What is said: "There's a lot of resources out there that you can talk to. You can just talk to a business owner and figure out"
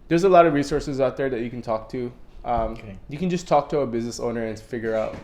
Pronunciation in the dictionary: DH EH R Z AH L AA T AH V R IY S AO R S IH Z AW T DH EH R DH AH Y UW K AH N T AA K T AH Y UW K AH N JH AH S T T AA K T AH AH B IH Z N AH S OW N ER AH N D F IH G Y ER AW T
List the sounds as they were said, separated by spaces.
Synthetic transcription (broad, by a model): DH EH R Z AH L AA T AH V R IY S AO R S IH Z AW T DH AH R DH AH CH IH K N T AA K T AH Y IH K AH N JH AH S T T AA K T AH AH B IH Z N AH S OW N ER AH N F IH G Y ER AW T